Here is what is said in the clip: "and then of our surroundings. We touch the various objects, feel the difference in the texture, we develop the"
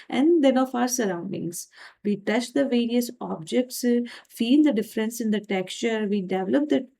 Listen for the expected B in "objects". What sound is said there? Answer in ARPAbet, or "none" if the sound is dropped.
B